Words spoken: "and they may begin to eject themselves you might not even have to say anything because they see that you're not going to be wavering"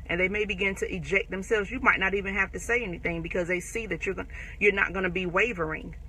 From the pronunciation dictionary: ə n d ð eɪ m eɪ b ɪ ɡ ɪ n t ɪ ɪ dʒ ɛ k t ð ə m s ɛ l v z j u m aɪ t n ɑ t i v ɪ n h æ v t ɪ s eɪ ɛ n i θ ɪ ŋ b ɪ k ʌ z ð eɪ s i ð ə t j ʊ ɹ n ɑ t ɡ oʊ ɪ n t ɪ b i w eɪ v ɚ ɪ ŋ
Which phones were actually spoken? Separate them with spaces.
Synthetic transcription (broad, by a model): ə n ð eɪ m eɪ b ɪ ɡ ɪ n t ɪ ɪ dʒ ɛ k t ð ə m s ɛ l v z j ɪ m aɪ t n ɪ t i v ɪ n h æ f t ɪ s eɪ ɛ n i θ ɪ ŋ b ɪ k ʌ z ð eɪ s i ð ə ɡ j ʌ ɹ n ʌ t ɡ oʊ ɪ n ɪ b i w eɪ v ɚ ɪ ŋ